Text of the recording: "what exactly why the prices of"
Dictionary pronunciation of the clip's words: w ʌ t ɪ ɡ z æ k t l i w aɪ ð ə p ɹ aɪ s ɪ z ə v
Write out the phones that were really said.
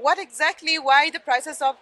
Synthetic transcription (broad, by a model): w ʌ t ɪ ɡ z æ k t l i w aɪ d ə p ɹ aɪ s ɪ s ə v